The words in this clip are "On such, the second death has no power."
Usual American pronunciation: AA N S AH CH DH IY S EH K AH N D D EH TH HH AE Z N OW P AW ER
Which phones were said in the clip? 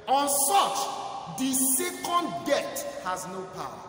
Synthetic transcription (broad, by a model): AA N S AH CH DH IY S EH K AH N D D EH T HH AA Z N OW P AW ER